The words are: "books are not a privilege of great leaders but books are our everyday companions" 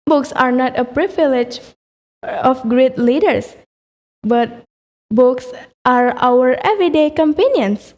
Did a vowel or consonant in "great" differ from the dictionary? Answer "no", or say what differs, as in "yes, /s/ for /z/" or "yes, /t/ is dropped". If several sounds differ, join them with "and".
no